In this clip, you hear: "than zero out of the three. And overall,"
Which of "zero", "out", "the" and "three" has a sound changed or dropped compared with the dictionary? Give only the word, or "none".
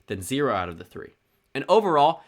none